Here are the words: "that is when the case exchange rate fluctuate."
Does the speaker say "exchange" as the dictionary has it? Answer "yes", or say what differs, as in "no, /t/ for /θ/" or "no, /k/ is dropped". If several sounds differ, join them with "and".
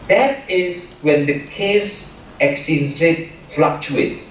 no, /tʃ/ is dropped